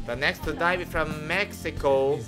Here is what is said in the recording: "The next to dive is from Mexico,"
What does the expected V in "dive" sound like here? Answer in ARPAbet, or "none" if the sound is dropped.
none